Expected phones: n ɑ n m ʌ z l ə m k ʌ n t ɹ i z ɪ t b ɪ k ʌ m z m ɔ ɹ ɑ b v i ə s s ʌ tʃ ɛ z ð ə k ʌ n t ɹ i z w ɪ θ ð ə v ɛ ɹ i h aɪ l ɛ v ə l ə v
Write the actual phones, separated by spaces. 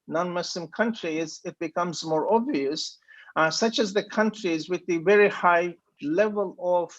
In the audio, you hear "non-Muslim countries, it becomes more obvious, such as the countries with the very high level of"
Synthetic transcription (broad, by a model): n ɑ n m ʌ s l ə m k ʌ n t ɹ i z ɪ t b ɪ k ʌ m z m ɔ ɹ ɑ b v i ə s s ʌ tʃ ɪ z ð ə k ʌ n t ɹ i z w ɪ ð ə v ɛ ɹ i h aɪ l ɛ v ə l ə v